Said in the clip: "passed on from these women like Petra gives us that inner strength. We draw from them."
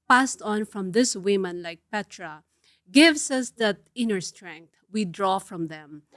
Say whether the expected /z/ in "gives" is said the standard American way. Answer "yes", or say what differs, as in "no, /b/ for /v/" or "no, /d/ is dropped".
no, /s/ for /z/